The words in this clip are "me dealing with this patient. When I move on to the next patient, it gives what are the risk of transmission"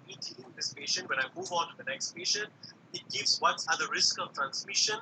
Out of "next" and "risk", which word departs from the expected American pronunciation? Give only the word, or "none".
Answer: none